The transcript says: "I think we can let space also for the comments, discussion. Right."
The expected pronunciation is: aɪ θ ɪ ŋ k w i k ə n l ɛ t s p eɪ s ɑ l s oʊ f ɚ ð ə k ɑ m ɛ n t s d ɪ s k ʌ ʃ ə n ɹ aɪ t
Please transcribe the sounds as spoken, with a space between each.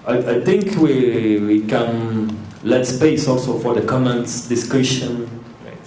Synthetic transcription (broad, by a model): aɪ t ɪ ŋ k w i k ə n l ɛ t s p eɪ s ɑ l s oʊ f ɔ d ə k ɑ m ɛ n t s d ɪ s k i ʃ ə n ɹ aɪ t